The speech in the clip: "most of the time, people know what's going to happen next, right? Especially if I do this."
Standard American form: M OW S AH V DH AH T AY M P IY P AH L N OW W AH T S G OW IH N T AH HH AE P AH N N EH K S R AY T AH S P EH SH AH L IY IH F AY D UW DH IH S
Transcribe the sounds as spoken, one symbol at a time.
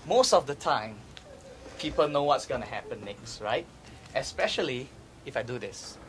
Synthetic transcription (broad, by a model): M OW S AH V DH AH T AY M P IY P AH L N OW W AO T S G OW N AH HH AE P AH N N EH K S R AY T AH S P EH SH AH L IY IH F AY D UW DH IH S